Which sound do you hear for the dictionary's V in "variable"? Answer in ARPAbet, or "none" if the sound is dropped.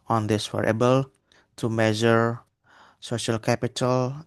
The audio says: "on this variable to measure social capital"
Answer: W